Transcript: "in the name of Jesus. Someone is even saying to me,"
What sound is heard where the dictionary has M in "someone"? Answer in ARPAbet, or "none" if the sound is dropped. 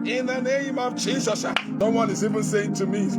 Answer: none